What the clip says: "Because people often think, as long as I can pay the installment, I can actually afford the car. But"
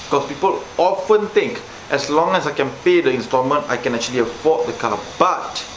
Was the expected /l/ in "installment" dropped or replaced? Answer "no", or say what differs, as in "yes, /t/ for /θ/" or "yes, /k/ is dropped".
yes, /l/ is dropped